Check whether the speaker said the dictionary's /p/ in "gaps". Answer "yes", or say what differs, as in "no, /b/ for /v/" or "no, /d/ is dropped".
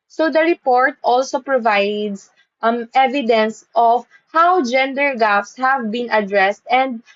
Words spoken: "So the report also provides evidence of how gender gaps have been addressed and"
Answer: no, /f/ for /p/